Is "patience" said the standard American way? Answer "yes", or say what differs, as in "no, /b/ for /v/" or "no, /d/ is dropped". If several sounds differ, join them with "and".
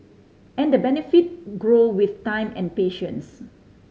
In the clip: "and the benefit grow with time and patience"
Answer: yes